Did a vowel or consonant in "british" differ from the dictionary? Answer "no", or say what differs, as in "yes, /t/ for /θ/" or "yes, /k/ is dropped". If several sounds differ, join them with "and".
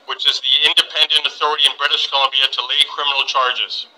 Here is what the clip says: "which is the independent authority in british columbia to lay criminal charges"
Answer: no